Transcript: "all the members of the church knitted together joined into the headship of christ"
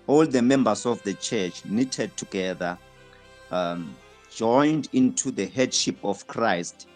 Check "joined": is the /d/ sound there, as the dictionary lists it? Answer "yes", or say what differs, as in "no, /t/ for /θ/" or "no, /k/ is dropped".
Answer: yes